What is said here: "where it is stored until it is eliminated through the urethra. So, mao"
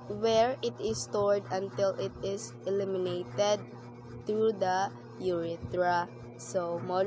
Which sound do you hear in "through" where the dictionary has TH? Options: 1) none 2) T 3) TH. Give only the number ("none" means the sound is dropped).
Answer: 2